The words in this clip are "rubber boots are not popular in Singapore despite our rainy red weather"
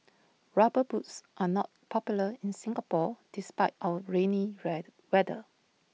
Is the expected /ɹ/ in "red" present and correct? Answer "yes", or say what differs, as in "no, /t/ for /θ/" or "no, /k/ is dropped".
no, /w/ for /ɹ/